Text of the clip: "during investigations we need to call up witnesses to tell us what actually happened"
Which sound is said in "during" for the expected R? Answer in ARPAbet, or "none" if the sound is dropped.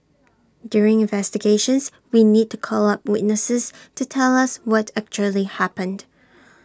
R